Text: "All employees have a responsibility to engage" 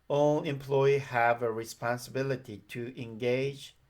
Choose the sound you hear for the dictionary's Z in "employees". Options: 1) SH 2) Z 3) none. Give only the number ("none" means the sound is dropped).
3